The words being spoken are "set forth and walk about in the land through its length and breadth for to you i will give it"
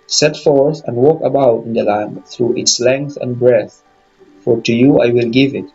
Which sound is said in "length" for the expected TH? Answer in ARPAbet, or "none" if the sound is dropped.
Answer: TH